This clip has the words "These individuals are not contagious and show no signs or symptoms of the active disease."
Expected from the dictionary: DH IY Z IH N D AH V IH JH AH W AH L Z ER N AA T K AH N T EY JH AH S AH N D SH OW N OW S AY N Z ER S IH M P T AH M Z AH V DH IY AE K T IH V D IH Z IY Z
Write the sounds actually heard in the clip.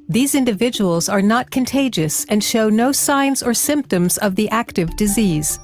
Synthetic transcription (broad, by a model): DH IY Z IH N D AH V IH JH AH W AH L Z ER N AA T K AH N T EY JH AH S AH N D SH OW N OW S AY N Z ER S IH M P T AH M Z AH V DH IY AE K T IH V D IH Z IY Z